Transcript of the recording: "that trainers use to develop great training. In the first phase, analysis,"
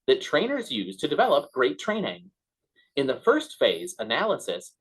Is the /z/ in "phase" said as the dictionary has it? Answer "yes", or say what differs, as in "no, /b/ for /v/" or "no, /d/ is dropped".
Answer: yes